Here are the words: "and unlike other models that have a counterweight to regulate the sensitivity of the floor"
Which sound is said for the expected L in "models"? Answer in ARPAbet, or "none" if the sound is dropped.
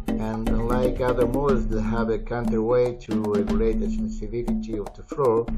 none